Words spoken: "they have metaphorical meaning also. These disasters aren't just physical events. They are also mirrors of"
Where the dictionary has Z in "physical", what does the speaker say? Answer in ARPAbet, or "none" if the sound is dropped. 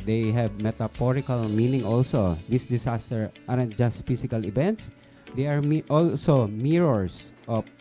S